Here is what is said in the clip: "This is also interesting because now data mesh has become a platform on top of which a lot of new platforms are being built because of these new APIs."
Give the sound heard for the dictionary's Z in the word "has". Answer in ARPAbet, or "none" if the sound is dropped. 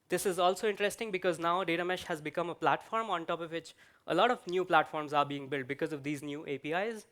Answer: Z